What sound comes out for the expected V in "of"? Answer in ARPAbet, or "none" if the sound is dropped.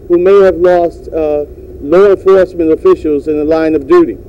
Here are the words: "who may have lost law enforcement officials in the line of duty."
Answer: V